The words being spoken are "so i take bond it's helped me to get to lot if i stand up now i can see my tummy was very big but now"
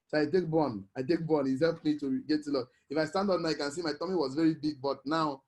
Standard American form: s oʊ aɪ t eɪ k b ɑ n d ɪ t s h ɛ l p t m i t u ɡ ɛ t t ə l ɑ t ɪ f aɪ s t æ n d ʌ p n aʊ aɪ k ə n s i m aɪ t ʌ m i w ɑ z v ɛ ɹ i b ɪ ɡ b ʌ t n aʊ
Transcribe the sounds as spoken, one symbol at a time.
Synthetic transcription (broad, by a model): s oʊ aɪ t eɪ k b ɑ n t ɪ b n h ɛ l p m i t u ɡ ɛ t t ə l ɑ ɪ f aɪ s t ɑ n d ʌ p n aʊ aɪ k ə n s i m aɪ t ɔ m i w ɑ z v ɛ ɹ i b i ɡ b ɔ t n aʊ